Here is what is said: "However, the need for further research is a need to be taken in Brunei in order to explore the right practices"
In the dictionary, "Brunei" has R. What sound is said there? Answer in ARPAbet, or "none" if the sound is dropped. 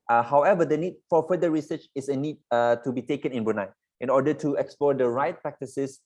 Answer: none